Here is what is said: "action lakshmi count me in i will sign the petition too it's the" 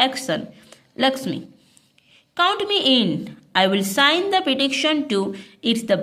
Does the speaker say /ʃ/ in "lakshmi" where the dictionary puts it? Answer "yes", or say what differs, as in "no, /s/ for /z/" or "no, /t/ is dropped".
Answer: no, /s/ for /ʃ/